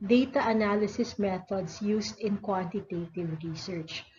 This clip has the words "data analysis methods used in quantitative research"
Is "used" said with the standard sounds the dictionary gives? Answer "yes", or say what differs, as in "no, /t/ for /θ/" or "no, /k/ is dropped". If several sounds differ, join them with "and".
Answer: no, /s/ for /z/